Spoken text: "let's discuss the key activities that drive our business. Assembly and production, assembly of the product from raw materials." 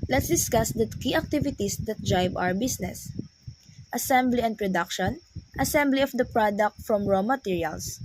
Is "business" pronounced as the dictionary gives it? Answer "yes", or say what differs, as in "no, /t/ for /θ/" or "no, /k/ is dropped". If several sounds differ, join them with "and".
no, /s/ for /z/